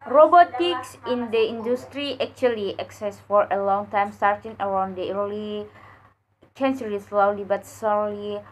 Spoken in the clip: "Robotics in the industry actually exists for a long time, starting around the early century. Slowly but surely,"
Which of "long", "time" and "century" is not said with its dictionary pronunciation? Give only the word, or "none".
century